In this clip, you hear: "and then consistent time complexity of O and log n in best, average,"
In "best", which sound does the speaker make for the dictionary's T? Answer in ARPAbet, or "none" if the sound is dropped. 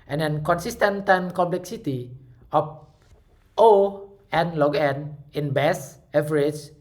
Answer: none